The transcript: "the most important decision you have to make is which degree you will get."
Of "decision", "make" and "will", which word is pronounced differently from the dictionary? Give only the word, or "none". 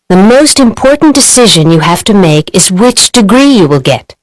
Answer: none